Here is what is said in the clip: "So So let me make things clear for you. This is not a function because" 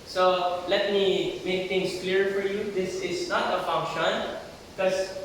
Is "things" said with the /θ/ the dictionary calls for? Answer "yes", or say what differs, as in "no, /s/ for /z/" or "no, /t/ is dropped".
no, /t/ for /θ/